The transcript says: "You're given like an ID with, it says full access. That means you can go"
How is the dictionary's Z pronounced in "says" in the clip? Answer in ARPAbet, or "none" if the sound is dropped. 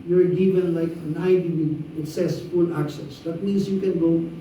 S